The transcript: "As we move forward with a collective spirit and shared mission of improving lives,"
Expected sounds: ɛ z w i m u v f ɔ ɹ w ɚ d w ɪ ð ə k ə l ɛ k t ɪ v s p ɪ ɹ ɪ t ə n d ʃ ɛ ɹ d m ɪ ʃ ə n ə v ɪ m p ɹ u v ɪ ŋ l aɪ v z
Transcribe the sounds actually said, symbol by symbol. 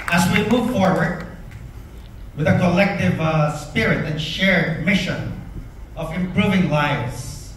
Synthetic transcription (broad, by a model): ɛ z w i m u v f ɔ ɹ w ɚ d w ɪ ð ə k ə l ɛ k t ɪ v s p ɪ ɹ ɪ t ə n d ʃ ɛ ɹ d m ɪ ʃ ə n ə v ɪ m p ɹ u v ɪ ŋ l aɪ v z